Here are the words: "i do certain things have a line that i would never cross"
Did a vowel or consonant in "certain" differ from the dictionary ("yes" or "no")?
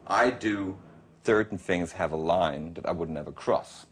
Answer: yes